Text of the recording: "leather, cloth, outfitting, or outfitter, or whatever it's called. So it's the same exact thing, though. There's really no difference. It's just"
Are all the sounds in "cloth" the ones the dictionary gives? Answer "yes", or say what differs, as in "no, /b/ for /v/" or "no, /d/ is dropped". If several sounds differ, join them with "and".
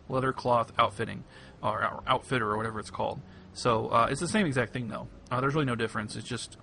yes